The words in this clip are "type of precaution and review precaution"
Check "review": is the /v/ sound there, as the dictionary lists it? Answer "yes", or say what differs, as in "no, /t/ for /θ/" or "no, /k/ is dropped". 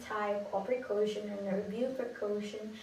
no, /b/ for /v/